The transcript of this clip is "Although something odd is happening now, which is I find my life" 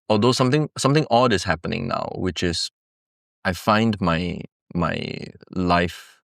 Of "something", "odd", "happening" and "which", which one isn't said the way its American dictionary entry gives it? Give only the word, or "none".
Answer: something